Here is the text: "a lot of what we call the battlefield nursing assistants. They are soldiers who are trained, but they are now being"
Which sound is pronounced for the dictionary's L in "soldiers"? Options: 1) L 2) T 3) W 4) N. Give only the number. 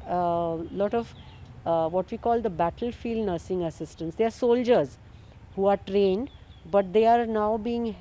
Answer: 1